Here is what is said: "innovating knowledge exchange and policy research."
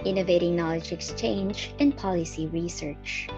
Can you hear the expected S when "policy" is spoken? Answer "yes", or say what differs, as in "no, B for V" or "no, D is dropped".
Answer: yes